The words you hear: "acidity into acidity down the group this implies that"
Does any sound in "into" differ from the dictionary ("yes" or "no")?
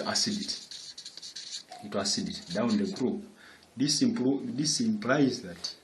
yes